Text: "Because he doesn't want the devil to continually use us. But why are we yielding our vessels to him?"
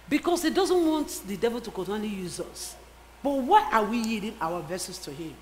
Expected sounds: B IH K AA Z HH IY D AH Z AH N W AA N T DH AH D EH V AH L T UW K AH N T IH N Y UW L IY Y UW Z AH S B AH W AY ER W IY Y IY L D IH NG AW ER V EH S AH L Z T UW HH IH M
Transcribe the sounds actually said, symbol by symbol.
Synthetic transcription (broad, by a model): B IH K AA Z HH IY D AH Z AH N W AA N T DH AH D EH V AH L T UW K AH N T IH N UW L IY Y UW Z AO S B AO W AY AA W IY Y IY D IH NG AW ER V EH S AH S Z T UW HH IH M